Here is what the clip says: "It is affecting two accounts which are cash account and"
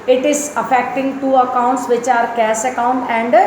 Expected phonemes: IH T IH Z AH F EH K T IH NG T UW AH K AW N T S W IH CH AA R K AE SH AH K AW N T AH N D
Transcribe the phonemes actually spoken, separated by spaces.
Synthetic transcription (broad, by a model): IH T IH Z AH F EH K T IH NG T UW AH K AW N T S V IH CH AA R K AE S AH K AW N T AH N D